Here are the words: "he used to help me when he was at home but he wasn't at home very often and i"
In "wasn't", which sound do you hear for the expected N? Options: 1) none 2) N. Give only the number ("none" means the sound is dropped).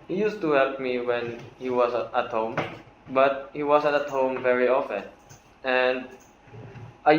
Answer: 1